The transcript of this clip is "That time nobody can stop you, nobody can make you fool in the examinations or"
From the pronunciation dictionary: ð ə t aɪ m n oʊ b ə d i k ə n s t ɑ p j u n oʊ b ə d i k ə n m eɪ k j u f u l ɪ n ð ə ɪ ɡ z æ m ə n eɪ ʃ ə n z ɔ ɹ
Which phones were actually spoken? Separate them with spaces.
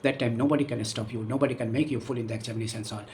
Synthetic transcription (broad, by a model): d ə t aɪ m n oʊ b ə d i k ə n s t ɑ p j u n oʊ b ə d i k ə n m eɪ k j u f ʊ l ɪ n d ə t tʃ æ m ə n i s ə n s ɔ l